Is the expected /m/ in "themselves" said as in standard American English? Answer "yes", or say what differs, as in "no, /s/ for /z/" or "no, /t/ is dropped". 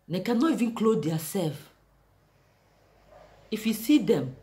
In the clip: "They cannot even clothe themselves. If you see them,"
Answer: no, /m/ is dropped